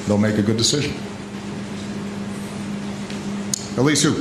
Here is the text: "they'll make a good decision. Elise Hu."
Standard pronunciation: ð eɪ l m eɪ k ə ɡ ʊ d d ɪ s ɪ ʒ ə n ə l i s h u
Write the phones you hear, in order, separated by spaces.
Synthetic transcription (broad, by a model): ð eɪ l m eɪ k ə ɡ ʊ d d ɪ s ɪ ʒ ə n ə l i s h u